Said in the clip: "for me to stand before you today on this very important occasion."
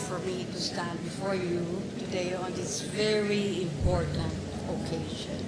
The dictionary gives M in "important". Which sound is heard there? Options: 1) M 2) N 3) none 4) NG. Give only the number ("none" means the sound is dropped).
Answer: 1